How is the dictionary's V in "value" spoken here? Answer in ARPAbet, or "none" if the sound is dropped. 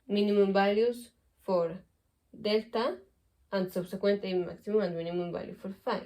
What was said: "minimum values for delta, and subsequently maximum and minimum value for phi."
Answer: B